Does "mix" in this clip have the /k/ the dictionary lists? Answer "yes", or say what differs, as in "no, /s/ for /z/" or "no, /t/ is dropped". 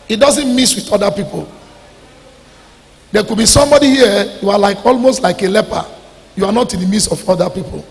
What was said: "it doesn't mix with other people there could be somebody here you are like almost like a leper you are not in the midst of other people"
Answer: no, /k/ is dropped